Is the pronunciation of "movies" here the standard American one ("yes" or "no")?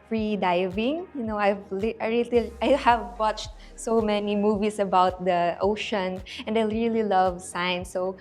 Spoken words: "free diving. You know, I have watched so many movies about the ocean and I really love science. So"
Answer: no